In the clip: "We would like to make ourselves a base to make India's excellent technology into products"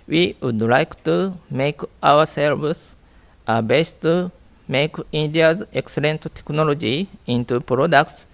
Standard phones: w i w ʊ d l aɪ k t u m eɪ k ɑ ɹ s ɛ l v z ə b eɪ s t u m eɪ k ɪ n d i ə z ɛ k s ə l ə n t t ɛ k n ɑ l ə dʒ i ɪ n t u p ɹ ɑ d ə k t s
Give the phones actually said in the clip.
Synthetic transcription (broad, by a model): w i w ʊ d l aɪ k t u m eɪ k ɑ w s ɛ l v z ə b eɪ s t u m eɪ k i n d i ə z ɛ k s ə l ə n t t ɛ k n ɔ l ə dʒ i ɪ n t u p ɹ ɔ d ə k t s